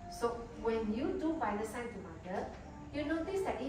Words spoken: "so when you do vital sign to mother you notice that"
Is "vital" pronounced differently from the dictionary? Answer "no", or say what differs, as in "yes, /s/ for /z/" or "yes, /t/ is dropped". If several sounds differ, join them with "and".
yes, /f/ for /v/